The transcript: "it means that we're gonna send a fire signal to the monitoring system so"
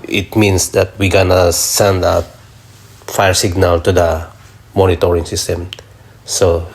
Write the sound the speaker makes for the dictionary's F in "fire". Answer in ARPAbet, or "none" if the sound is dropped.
F